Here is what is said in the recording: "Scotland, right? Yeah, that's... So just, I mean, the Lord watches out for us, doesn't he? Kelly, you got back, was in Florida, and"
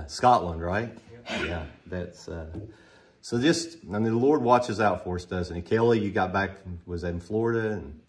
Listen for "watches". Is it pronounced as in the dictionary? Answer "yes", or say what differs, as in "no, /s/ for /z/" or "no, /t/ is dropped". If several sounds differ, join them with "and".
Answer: yes